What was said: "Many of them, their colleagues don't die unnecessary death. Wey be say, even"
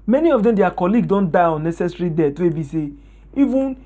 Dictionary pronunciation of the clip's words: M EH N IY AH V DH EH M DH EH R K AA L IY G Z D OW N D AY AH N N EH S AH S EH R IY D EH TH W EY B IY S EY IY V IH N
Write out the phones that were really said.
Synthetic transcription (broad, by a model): M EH N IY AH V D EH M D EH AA K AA L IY G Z D OW N D AY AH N N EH S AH S R IY D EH T W EY B IY S EY IY V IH N